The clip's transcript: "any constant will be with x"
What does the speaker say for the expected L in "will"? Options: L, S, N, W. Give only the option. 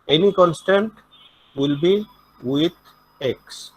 L